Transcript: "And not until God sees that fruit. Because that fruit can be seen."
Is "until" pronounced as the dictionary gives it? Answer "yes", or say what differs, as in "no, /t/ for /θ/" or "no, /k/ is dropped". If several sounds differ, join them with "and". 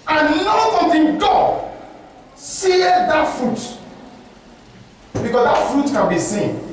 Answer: no, /n/ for /l/